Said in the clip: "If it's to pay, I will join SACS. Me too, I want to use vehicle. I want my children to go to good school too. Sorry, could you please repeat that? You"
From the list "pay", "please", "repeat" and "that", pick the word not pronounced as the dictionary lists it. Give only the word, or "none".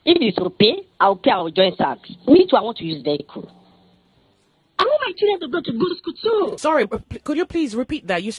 none